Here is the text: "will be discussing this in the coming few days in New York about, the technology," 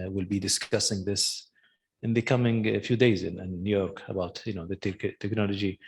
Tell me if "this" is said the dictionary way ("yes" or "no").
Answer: yes